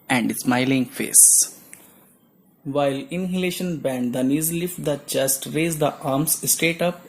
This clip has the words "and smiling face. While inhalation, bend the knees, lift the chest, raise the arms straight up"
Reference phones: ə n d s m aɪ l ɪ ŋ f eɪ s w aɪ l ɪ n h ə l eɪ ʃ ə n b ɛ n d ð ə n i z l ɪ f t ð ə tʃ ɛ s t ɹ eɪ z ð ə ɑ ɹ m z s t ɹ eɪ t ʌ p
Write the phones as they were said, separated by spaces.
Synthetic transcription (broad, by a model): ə n d s m aɪ l ɪ ŋ f eɪ s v aɪ l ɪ n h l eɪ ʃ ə n b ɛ n d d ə n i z l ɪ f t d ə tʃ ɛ s t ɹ eɪ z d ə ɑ ɹ m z s t eɪ t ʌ p